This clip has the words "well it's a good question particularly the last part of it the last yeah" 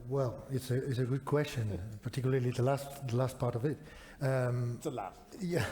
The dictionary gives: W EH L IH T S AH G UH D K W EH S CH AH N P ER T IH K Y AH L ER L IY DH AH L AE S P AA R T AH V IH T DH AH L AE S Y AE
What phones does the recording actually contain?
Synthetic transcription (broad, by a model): W EH L IH T S AH G UH D K W EH S CH AH N P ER T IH K Y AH L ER L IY DH AH L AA S P AA R T AH V IH T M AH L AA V Y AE